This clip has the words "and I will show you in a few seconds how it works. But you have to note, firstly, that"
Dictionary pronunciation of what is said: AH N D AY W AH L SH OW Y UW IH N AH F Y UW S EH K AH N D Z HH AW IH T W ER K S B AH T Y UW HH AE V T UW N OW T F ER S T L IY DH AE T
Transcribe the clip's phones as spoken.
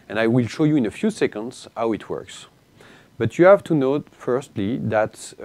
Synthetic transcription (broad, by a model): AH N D AY W AH L SH OW Y UW IH N AH F Y UW S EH K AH N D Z HH AW IH T W ER K S B AH T Y UW HH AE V T UW N OW T F ER S T L IY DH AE T